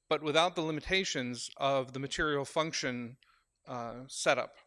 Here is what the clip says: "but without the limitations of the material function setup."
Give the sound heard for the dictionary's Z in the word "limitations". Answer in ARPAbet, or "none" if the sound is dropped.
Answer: Z